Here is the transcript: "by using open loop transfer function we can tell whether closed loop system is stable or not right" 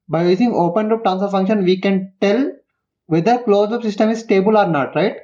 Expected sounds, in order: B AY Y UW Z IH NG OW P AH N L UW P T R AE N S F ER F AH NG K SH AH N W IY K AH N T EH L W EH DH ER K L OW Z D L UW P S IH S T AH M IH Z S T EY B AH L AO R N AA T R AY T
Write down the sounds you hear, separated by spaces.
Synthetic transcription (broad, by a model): B AY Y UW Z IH NG OW P AH N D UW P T AE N S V F AH NG K SH AH N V IY K AH N T EH L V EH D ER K L OW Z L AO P S IH S T AH M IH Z S T EY B AH L AO R N AA T R AY T